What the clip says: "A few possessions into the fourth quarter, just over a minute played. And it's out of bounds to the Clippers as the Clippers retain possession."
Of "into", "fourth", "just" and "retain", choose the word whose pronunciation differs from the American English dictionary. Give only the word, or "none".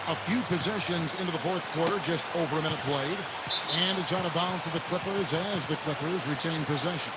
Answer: none